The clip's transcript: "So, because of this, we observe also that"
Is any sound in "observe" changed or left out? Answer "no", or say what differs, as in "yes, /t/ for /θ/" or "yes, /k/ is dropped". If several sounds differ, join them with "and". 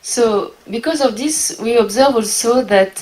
no